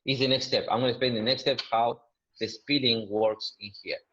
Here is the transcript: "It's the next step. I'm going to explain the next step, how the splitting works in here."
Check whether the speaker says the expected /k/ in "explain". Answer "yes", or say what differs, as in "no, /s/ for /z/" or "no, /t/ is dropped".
no, /k/ is dropped